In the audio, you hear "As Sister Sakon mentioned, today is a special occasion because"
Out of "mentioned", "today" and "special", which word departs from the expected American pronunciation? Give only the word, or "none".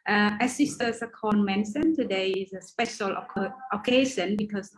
mentioned